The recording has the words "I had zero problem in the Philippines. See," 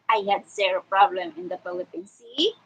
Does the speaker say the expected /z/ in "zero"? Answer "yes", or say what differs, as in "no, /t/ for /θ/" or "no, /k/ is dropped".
no, /s/ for /z/